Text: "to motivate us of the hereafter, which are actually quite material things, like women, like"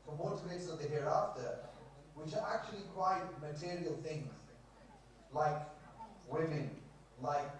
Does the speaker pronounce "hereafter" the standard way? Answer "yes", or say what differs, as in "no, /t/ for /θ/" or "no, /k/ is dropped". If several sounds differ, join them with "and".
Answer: yes